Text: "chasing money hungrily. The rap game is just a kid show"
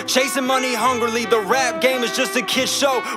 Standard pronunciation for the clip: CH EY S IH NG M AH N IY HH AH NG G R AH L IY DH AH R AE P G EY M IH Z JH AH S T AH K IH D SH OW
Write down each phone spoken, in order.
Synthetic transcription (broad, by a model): CH EY S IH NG M AH N IY HH AH NG G R L IY DH AH R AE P G EY M IH Z JH AH S T AH K IH D SH OW